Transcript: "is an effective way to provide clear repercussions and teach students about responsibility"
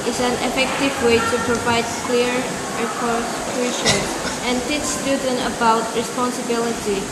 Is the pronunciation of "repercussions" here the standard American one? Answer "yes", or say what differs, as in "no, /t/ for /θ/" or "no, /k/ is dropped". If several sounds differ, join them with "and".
no, /z/ is dropped